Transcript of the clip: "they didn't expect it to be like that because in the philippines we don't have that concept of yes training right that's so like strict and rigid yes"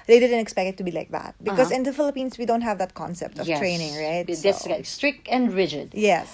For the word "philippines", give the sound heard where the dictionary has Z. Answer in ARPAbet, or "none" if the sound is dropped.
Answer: S